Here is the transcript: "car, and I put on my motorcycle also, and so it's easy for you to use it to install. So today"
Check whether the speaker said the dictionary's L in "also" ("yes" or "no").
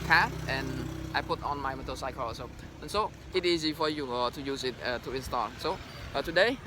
no